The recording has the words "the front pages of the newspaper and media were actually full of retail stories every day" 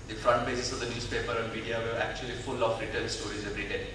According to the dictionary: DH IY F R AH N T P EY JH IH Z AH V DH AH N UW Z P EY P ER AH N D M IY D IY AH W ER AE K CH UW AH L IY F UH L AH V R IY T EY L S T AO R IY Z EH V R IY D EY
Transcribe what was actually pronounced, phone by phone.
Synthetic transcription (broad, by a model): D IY F R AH N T B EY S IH S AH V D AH N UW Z P EY P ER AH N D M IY D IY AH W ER AE K CH UW AH L IY F UH L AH F R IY T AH N S T AO R IY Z EH V R IY D EY